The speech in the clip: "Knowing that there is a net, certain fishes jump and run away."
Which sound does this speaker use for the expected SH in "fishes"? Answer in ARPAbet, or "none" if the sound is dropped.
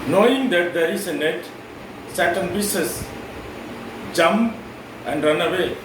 S